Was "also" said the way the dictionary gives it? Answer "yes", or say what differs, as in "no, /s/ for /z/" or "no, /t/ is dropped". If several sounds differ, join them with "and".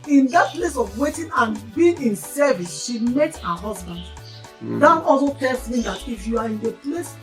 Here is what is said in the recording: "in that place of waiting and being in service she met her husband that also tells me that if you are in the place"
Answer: no, /l/ is dropped